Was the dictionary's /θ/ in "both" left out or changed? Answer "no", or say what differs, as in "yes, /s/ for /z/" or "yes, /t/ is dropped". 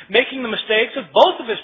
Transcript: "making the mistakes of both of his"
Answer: no